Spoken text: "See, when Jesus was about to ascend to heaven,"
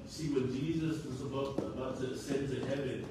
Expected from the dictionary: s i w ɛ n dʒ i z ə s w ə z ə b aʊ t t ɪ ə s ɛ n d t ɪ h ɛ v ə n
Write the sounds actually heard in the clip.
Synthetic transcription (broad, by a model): s i w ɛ n dʒ i z ə s w ə z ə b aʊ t t ɪ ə s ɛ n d t ɪ h ɛ v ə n